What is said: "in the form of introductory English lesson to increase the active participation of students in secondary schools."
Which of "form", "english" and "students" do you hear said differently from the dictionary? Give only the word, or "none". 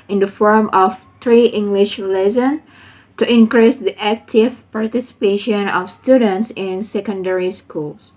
none